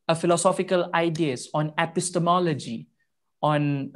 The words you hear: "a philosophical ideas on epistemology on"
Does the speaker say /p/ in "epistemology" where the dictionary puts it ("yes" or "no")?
yes